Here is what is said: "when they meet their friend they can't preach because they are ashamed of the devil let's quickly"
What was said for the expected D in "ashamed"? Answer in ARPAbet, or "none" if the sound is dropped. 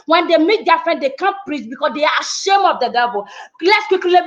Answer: none